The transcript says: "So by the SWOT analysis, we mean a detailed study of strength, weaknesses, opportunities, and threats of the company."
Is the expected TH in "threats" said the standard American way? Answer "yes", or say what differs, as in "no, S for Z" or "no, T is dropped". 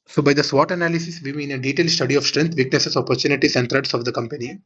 no, T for TH